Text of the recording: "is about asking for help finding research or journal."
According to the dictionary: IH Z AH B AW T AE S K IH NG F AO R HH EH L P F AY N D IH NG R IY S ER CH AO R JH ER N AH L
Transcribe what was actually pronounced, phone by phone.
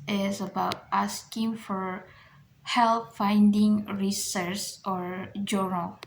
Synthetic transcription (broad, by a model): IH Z AH B AW T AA S K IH NG F AO R HH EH L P F AY N D IH NG R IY S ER S AO R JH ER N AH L